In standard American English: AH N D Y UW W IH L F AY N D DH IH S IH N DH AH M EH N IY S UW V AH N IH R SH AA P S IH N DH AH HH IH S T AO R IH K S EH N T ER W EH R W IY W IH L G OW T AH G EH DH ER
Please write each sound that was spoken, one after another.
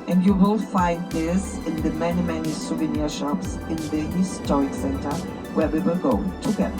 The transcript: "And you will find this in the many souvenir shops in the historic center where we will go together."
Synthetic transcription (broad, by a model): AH N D Y UW W IH L F AY N D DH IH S IH N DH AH M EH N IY S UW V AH N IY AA SH AA P S IH N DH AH HH IH S T AO R IH K S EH N T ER W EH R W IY W IH L G OW T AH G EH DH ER